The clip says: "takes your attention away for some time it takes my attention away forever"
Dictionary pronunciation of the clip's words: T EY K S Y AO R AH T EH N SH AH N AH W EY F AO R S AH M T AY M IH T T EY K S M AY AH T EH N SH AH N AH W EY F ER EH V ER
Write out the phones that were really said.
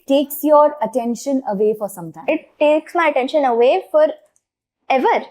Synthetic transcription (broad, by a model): T EY K S Y AO R AH T EH N SH AH N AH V EY F AO R S AH M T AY IH T T EY K S M AY AH T EH N SH AH N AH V EY F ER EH V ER